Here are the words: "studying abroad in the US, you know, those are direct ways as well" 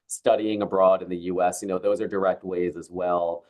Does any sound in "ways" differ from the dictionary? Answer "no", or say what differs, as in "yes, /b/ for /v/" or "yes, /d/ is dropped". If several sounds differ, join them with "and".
no